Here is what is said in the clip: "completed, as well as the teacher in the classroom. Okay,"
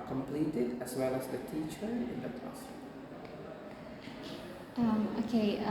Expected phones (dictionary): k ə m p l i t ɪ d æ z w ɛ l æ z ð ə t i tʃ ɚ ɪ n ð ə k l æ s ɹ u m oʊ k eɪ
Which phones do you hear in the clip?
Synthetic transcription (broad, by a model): k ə m p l i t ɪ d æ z w ɛ l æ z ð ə t i tʃ ɚ ɪ n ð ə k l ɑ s ʌ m oʊ k eɪ